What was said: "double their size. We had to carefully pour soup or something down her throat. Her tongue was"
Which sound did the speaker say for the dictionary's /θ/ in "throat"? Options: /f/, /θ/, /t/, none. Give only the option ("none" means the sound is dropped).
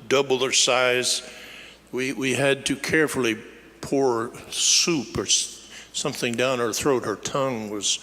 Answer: /θ/